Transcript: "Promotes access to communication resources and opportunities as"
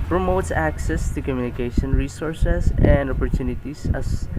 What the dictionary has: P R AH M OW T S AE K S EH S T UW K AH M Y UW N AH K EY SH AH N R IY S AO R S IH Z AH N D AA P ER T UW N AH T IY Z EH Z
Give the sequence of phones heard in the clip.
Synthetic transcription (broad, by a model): P R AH M OW T S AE K S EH S T UW K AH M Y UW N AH K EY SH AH N R IY S AO R S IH S AH N D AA P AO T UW N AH T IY S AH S